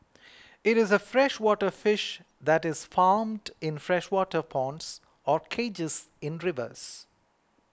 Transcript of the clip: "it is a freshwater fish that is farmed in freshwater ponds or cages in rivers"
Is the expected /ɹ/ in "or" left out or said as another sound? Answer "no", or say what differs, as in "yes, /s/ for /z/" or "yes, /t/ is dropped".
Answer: no